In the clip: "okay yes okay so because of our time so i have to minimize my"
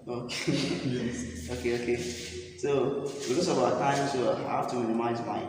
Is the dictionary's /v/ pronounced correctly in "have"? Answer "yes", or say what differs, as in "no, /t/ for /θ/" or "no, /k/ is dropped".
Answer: no, /f/ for /v/